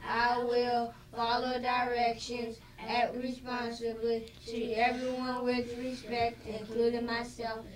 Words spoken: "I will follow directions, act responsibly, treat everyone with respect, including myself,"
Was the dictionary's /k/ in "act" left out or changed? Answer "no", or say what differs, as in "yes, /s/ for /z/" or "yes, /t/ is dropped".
yes, /k/ is dropped